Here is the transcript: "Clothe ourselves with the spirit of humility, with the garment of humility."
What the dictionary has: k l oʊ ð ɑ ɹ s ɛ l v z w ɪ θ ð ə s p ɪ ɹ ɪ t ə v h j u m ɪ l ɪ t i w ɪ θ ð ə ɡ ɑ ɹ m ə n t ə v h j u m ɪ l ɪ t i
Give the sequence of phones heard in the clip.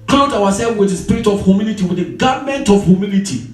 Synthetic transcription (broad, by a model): k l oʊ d ɑ w s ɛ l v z w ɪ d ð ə s p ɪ ɹ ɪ t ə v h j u m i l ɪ t i w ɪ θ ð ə ɡ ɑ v m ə n t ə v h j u m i l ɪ t i